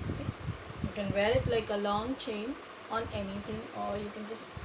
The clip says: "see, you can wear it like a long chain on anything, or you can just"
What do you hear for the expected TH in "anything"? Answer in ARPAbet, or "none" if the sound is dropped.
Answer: T